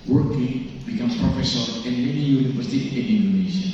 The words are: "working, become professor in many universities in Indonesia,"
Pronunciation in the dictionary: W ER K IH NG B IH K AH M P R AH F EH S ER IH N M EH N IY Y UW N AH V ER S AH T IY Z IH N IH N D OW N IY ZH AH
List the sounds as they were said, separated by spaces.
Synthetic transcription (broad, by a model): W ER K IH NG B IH K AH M P R AH F EH S ER IH N M EH N IY Y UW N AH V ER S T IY IH N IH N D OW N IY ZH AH